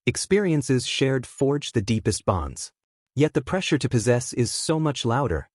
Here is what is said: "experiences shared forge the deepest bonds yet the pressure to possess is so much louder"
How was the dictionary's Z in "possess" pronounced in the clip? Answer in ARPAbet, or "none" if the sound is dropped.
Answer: Z